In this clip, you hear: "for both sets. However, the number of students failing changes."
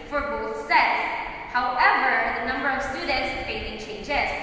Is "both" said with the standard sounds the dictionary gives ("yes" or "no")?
yes